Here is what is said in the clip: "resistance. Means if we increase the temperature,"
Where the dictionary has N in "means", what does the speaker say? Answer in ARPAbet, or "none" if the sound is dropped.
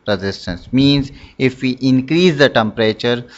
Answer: N